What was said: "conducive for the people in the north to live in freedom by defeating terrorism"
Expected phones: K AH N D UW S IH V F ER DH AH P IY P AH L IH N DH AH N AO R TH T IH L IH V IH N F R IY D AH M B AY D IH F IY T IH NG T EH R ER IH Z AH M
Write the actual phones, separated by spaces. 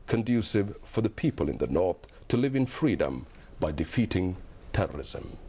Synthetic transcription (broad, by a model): K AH N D UW S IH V F ER DH AH P IY P AH L IH N DH AH N AO R TH T IH L IH V IH N F R IY D AH M B AY D IH F IY T IH NG T EH R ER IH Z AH M